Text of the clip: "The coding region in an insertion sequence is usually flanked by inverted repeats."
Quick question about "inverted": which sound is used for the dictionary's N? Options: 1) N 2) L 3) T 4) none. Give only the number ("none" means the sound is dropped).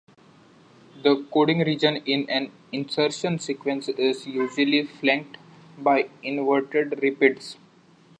1